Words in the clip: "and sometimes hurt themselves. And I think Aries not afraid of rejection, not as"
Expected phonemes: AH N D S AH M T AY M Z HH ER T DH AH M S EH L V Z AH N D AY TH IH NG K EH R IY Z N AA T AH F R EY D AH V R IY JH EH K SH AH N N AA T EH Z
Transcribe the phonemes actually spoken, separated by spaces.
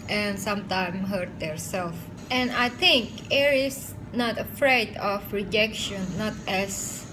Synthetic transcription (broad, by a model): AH N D S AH M T AY M HH ER T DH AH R S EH L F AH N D AY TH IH NG K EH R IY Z N AA T AH F R EY D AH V R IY JH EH K SH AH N N AA T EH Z